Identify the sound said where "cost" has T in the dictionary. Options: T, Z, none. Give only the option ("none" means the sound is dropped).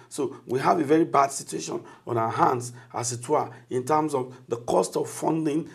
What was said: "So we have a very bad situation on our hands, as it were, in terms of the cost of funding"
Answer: T